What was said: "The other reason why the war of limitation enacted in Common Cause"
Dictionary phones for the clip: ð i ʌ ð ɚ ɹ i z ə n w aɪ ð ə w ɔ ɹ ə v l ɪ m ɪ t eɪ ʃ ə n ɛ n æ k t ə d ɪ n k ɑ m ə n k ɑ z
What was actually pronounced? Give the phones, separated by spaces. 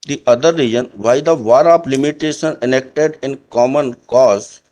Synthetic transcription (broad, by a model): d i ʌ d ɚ ɹ i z ə n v aɪ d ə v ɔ ɹ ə p l ɪ m ɪ t eɪ ʃ ə n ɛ n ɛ k t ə d ɪ n k ɑ m ə n k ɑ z